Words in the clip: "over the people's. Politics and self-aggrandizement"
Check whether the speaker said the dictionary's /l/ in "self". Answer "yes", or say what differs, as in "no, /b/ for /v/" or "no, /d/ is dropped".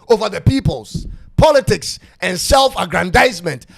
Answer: yes